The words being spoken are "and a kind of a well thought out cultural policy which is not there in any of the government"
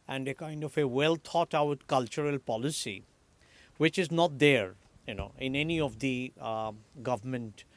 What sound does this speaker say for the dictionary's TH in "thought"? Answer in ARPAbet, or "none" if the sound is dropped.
T